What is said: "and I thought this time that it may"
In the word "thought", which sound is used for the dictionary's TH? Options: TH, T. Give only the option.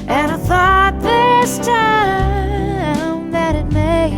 TH